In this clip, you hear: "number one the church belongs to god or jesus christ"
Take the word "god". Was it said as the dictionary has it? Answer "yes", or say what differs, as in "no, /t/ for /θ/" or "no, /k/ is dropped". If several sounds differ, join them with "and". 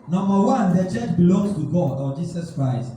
yes